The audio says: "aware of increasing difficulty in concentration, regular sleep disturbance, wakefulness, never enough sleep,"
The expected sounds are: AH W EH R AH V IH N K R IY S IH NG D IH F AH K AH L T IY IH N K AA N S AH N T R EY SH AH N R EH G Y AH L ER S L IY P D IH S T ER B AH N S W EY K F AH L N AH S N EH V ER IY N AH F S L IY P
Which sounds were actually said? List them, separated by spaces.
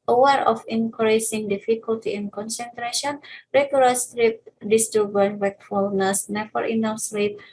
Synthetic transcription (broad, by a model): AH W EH R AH F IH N K R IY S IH NG D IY F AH K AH L T IY IH N K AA N S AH N T R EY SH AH N R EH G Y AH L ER S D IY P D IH S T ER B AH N W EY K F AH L N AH S N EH F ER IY N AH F S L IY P